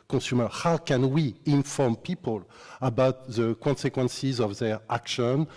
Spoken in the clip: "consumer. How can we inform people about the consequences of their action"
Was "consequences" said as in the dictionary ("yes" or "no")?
yes